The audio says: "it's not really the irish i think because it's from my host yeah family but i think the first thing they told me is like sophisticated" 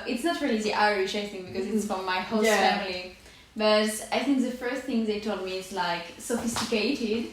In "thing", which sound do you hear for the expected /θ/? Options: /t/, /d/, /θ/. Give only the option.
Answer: /θ/